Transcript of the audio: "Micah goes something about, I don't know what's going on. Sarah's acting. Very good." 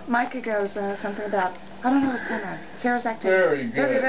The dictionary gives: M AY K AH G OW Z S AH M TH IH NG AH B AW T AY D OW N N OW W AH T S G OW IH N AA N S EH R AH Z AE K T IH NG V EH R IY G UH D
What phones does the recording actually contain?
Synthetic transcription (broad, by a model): M AY K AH G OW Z S AH M TH IH NG AH B AW T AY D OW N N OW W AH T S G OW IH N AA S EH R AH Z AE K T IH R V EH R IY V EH